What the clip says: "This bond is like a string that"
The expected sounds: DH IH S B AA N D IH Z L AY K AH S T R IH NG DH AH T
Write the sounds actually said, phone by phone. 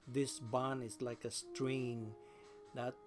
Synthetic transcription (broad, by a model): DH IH S B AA N IH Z L AY K AH S T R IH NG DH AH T